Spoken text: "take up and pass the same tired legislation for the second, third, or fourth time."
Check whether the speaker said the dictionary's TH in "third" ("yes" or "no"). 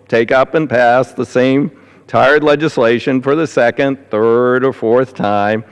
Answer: yes